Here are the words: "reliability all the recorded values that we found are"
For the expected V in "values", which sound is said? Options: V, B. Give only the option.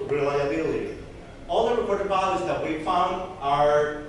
B